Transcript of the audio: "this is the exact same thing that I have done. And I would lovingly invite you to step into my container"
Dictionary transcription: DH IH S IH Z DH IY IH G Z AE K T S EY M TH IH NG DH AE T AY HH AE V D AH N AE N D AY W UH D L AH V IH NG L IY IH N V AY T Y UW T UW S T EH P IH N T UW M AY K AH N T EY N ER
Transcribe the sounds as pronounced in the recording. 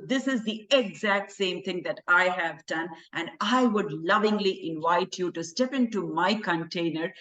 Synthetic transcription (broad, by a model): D IH S IH Z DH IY IH G Z AE K T S EY M T IH NG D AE T AY HH AE V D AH N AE N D AY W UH D L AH V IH NG L IY IH N V AY T Y UW T UW S T EH P IH N T UW M AY K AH N T EY N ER